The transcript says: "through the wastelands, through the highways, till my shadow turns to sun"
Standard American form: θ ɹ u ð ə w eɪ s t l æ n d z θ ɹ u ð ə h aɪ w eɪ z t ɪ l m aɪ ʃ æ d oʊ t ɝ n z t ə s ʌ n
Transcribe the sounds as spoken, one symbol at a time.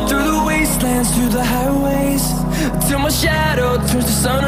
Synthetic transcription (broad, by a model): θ ɹ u ð ə w eɪ s t l æ n d z θ ɹ u ð ə h aɪ w eɪ z t ɪ l m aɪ ʃ æ d oʊ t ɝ z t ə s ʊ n